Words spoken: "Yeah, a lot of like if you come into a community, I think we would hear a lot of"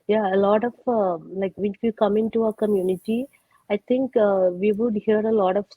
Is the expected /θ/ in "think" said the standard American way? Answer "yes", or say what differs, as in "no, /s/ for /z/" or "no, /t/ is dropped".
no, /t/ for /θ/